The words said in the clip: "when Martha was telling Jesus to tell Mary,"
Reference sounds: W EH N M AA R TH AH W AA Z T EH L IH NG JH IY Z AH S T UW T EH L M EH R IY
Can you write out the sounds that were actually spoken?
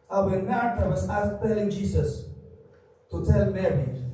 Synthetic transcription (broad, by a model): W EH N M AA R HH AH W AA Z T EH L IH NG JH IY S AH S T UW T EH L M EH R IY